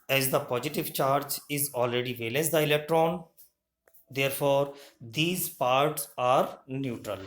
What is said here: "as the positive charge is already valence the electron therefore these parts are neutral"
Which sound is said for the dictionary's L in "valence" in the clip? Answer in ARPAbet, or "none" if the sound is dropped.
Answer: L